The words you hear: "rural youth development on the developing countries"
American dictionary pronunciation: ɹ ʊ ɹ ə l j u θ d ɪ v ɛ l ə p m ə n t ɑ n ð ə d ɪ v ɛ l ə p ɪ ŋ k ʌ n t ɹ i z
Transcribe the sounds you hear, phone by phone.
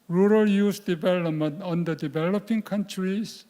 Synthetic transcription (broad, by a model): ɹ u ɹ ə l j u s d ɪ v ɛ l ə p m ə n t ɑ n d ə d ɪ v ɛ l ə p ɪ ŋ k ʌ n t ɹ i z